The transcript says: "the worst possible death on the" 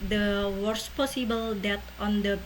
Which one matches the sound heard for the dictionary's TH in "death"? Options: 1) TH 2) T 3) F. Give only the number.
2